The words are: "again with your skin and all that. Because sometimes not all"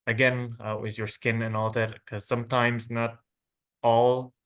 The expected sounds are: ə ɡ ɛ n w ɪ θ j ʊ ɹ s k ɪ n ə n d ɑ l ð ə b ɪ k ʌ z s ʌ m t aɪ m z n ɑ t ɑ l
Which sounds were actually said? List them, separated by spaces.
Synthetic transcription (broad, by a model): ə ɡ ɛ n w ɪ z j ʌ ɹ s k ɪ n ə n ɑ l ð ə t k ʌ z s ʌ m t aɪ m z n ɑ t ɑ l